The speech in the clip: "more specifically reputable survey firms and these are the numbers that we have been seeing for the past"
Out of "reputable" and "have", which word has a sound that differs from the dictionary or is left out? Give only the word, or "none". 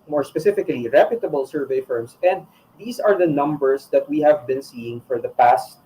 none